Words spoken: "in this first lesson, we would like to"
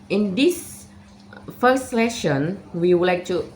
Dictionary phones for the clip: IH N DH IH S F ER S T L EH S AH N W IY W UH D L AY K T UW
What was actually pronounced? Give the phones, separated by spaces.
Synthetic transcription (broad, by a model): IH N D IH S F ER S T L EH SH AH N W IY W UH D L AY K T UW